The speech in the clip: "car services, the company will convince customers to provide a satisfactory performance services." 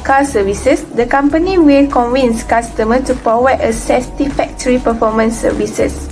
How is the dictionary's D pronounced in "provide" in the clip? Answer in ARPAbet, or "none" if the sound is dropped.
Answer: none